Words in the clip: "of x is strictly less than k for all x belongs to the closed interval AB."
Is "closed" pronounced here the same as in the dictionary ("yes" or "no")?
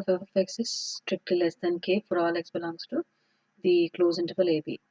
no